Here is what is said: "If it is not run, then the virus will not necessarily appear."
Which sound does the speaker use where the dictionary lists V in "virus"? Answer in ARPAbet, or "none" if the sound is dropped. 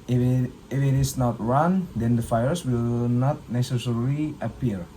F